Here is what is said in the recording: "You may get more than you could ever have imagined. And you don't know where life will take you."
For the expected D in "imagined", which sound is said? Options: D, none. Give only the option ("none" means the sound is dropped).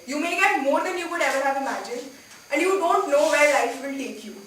none